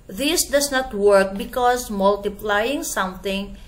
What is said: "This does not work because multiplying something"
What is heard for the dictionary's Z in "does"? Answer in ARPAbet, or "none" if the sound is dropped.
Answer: S